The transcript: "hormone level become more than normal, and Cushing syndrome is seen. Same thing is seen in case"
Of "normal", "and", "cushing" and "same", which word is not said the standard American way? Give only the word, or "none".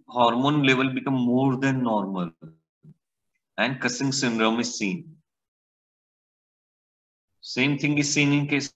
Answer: cushing